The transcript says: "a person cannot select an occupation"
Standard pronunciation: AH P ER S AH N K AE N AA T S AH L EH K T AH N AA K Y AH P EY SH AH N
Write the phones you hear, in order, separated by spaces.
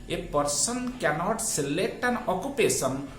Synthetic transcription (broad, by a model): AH P ER S AH N K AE N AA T S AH L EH T AH N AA K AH P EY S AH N